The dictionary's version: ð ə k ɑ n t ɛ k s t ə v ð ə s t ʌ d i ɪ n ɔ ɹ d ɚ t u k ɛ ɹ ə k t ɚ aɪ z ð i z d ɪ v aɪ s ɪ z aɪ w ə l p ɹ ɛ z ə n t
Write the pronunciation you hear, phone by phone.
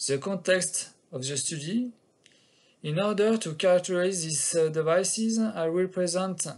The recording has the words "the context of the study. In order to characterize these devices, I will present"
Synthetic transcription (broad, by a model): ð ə k ɑ n t ɛ k s t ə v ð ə s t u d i ɪ n ɔ ɹ d ɚ t u k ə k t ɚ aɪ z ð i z d ɪ v aɪ s ɪ z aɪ w ə l p ɹ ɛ z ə n t